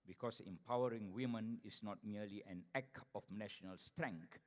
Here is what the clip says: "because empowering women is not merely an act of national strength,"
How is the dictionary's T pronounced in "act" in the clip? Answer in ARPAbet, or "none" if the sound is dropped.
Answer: none